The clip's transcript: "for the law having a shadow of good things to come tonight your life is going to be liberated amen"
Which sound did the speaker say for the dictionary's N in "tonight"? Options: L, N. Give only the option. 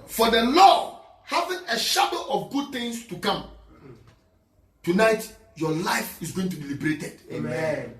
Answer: N